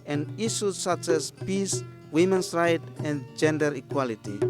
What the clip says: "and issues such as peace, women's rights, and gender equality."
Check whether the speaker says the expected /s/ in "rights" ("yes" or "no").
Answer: no